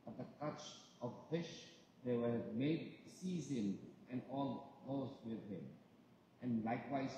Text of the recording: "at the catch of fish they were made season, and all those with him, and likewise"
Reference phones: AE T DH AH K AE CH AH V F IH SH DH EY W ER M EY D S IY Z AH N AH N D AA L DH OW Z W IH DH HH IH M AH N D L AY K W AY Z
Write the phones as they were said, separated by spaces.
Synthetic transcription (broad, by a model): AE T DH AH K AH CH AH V F IH SH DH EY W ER M EY D S IY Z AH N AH N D AA L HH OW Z W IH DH HH IH M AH N L AY K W AY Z